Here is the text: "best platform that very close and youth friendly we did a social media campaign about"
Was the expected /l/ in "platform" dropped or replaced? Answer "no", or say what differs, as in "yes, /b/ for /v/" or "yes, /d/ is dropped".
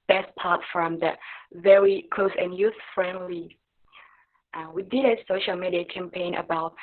yes, /l/ is dropped